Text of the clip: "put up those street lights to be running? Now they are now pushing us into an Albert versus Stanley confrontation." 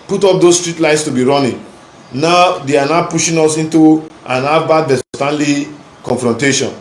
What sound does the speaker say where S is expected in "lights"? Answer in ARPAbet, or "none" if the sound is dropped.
S